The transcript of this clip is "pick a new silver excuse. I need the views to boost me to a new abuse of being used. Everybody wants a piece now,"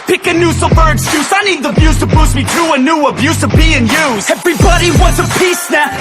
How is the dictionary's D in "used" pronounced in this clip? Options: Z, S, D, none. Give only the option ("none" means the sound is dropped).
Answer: none